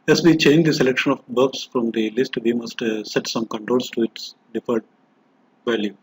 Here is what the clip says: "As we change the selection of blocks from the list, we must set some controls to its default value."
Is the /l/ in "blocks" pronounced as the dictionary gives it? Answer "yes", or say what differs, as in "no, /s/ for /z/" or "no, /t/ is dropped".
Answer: no, /l/ is dropped